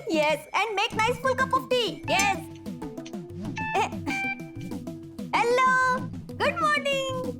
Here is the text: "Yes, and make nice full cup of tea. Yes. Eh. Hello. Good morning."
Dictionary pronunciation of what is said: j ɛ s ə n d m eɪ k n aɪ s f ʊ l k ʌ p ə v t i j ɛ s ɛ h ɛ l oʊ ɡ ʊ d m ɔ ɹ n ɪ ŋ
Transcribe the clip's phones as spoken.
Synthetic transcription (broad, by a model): j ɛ s ə n d m eɪ k n aɪ s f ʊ l k ʌ p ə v t i j ɛ s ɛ h ɛ l oʊ ɡ ʊ d m ɔ ɹ n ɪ ŋ